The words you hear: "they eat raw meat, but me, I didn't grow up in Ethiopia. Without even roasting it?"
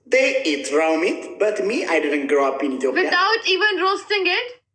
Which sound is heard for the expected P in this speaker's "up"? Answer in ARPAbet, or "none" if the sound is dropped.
P